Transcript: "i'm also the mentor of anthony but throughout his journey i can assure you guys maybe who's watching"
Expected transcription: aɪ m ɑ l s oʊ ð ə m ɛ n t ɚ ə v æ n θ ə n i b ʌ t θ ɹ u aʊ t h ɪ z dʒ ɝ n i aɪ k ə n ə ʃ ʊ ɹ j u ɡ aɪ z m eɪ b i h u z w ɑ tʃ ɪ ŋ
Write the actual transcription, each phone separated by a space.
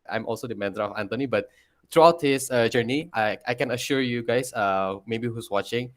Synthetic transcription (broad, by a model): aɪ m ɑ l s oʊ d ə m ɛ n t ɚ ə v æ n t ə n i b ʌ t t ɹ u aʊ t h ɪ s dʒ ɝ n i aɪ k ə n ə ʃ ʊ ɹ j u ɡ aɪ s m eɪ b i h u s w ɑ tʃ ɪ ŋ